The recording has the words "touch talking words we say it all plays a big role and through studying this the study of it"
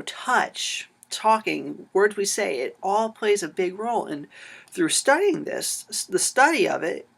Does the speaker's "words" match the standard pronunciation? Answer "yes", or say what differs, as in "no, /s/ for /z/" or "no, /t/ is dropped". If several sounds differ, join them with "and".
yes